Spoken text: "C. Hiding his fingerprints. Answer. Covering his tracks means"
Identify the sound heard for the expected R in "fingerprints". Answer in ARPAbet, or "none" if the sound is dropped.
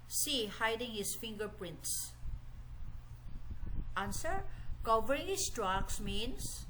R